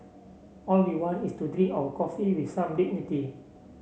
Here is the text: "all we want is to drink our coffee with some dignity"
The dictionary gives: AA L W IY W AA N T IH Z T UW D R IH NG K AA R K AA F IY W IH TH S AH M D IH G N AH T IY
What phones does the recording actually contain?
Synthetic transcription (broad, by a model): AA L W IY W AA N IH S T UW D R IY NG AA W K AA F IY W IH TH S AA M D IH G N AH T IY